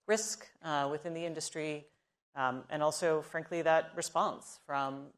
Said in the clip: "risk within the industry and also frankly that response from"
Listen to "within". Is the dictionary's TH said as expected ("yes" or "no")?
yes